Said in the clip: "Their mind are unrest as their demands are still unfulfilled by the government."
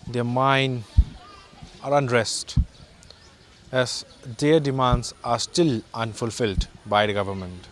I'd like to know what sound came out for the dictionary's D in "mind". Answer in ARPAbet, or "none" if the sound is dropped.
none